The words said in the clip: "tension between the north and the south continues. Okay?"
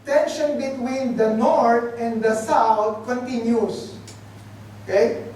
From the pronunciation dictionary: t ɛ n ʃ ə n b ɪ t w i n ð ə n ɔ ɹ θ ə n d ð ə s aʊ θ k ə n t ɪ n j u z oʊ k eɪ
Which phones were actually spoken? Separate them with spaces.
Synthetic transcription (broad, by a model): t ɛ n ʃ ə n b ɪ t w i n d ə n ɔ ɹ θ ə n d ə s aʊ t k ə n t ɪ n j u s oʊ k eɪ